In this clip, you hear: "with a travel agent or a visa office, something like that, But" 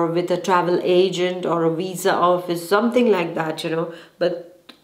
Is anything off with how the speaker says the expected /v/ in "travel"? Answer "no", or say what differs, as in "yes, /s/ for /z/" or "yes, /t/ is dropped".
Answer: no